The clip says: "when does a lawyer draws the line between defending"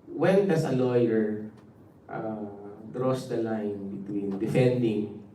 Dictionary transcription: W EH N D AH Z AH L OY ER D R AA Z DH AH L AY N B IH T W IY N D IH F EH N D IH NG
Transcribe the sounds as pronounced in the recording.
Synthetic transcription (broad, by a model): W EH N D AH S AH L OY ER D R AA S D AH L AY N B IH T W IY N D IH F EH N D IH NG